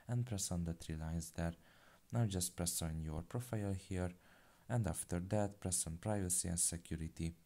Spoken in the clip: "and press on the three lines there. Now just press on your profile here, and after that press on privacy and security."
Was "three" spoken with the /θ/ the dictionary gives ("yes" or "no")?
no